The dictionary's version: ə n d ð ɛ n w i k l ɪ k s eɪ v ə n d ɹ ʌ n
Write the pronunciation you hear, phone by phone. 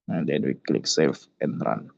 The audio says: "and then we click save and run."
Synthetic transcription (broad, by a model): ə n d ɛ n w i k l ɪ k s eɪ f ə n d ɹ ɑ n